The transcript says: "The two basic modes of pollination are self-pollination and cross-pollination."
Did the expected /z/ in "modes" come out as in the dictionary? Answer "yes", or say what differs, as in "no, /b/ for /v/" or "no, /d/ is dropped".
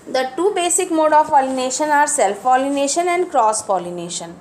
no, /z/ is dropped